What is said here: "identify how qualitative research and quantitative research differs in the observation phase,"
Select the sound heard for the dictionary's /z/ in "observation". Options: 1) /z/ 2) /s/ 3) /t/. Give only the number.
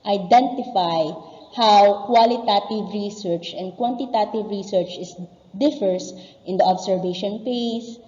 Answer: 2